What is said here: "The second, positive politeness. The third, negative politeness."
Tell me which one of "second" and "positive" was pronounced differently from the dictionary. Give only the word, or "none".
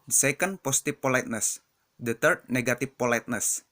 positive